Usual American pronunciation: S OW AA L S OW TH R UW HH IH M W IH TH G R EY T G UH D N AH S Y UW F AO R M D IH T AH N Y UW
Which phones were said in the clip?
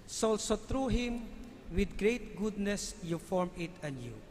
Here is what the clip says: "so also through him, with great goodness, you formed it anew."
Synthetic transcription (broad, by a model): S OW AA L S OW T R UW HH IH M W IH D G R EY T G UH D N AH S Y UW F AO R M IH T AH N Y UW